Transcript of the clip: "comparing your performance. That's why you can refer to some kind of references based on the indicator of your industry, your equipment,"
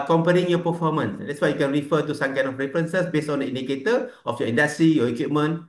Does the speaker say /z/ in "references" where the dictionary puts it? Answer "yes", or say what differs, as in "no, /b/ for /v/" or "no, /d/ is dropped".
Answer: no, /s/ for /z/